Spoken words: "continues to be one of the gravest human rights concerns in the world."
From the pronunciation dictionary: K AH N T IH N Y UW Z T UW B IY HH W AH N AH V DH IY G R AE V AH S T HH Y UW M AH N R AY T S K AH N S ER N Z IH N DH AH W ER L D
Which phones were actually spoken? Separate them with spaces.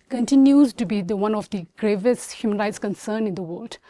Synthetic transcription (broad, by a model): K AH N T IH N Y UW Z T UW B IY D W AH N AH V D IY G R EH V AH S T HH Y UW M AH N R AY T S K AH N S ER N IH N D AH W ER L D